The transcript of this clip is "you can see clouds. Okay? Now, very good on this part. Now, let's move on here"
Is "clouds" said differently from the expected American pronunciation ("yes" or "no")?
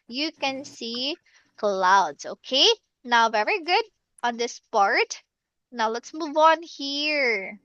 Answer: yes